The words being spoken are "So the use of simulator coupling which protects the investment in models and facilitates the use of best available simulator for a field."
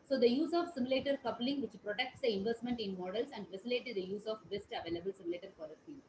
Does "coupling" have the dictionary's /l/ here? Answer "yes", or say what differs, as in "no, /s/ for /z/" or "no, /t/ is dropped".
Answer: yes